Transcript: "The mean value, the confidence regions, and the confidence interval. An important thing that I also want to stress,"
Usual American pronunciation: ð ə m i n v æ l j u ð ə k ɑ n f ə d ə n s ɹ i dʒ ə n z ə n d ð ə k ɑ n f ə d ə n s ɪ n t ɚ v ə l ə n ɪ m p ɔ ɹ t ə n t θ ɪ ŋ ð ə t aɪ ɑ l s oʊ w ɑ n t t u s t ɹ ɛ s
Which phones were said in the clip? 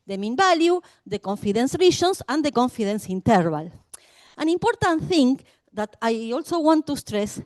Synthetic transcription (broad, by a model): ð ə m i n b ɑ l j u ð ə k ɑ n f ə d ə n s ɹ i ʃ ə n s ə n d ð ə k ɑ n f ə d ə n s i n t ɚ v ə l ə n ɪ m p ɔ ɹ t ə n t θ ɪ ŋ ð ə t aɪ ɑ l s oʊ w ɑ n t t u s t ɹ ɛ s